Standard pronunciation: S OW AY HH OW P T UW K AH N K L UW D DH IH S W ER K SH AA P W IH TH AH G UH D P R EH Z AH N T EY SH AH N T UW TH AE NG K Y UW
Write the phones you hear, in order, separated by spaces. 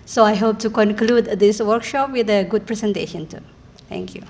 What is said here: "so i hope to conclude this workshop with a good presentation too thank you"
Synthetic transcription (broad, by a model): S OW AY HH OW P T UW K AH N K L UW D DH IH S W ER K SH AA P W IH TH AH G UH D P R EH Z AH N T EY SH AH N T UW T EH NG K Y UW